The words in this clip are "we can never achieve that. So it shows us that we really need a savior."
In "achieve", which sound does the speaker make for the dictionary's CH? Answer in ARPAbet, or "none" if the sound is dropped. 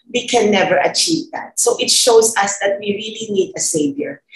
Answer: CH